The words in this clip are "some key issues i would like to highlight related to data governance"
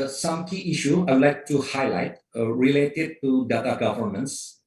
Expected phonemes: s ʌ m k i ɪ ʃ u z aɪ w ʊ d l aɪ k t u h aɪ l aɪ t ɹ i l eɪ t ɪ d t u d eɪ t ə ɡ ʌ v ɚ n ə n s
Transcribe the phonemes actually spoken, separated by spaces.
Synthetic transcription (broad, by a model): s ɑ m k i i ʃ u aɪ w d l aɪ k t u h aɪ l aɪ t ɹ i l eɪ t ɪ d t u d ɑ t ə ɡ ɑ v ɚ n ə n s